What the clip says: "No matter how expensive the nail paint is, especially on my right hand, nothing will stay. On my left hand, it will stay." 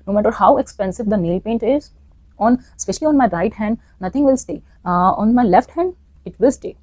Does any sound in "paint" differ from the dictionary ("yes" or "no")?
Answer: no